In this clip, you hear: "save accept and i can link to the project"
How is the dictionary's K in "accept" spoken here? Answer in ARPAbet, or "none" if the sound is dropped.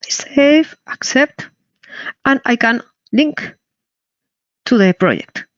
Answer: K